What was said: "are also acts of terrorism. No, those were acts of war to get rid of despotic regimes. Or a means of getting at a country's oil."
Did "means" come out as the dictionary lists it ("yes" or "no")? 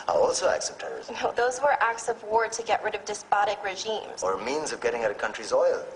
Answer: yes